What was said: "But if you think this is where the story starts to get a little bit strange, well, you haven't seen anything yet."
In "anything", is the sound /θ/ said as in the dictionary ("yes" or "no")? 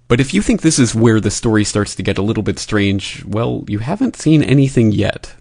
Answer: yes